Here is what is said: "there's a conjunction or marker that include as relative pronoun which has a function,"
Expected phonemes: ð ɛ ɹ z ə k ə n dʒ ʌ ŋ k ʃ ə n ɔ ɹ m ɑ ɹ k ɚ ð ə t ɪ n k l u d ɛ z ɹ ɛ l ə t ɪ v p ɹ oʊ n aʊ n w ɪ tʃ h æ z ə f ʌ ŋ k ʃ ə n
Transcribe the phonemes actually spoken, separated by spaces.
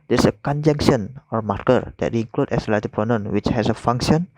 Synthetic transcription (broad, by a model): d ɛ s ə k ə n dʒ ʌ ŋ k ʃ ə n ɔ ɹ m ɑ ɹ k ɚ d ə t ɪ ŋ k l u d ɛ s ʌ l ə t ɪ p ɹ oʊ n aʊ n w ɪ tʃ h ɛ s ə f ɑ ŋ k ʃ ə n